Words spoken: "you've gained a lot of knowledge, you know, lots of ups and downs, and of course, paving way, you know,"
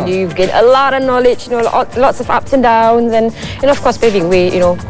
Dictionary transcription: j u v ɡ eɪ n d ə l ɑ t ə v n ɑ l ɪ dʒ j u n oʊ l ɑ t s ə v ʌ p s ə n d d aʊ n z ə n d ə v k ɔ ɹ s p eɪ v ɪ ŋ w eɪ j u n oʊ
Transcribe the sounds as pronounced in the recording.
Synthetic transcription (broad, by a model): j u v ɡ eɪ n ə l ɑ t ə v n ɑ l ɪ dʒ j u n oʊ l ɑ t s ə v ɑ p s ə n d d aʊ n z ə n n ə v k ɔ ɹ s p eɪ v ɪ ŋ w eɪ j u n oʊ